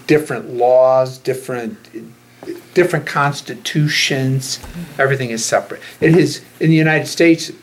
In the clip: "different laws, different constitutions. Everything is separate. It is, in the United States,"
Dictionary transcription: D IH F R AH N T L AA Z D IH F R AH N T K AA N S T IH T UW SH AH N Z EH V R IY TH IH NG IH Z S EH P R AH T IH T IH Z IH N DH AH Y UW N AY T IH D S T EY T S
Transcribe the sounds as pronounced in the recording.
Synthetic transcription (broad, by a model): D IH F R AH N T L AA Z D IH F R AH N T K AA N S T IH T UW SH AH N Z EH V R IY TH IH NG IH Z S EH P R AH T IH T IH Z IH N DH AH Y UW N AY T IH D S T EY T S